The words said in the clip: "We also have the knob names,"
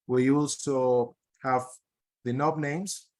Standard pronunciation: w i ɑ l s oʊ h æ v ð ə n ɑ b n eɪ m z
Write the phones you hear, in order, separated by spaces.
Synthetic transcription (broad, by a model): w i ɑ l s oʊ h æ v ð ə n ɑ b n eɪ m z